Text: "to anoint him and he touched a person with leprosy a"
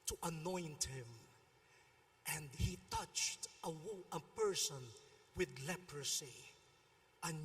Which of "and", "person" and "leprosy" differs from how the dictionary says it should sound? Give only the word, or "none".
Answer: none